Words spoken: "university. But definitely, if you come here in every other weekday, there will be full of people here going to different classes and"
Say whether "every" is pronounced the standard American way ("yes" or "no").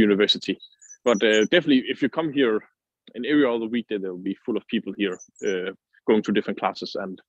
no